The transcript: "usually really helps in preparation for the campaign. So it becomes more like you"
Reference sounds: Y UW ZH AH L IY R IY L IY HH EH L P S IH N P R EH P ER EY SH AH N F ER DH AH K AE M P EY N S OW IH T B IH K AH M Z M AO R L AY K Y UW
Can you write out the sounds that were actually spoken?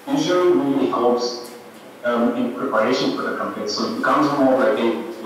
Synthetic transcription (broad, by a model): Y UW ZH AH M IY L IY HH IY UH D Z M IH N P R EH P ER EY SH AH N F ER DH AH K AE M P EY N S OW IH T B IH K AH M Z M AO R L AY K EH